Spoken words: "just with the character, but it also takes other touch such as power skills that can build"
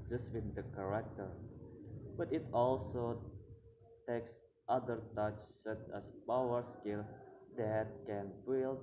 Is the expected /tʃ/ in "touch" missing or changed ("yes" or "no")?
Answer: no